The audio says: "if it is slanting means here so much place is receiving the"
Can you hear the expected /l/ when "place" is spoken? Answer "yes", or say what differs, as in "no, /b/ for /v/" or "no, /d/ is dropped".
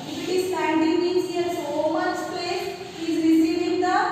no, /l/ is dropped